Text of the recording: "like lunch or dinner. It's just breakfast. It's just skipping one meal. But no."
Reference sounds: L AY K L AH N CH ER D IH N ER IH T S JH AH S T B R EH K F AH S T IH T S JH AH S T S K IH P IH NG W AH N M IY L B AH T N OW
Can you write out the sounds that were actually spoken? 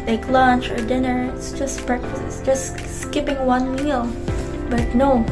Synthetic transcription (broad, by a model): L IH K L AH N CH ER D IH N ER IH T S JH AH S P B R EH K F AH S IH T S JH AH S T S K IH P IH NG W AH N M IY L B AH T N OW